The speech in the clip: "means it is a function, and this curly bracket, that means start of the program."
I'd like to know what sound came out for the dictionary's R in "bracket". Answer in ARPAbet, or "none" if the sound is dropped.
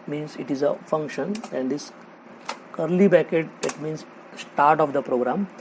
none